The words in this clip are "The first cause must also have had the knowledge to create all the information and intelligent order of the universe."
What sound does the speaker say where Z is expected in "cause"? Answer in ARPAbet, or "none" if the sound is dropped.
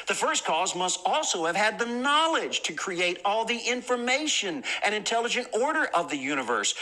Z